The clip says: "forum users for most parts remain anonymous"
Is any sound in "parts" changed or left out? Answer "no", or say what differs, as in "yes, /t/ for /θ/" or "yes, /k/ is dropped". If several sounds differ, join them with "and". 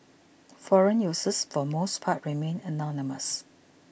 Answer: yes, /s/ is dropped